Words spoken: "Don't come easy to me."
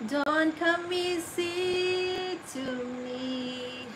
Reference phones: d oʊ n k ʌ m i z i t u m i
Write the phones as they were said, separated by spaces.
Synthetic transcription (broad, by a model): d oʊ n k ʌ m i s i t u m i